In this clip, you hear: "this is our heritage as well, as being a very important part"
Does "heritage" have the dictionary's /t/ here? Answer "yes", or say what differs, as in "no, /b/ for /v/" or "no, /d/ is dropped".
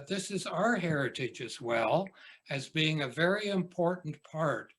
yes